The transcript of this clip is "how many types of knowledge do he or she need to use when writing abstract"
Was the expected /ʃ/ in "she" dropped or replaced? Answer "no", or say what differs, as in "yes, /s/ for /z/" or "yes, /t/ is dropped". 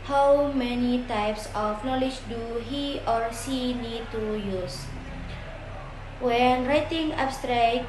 yes, /s/ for /ʃ/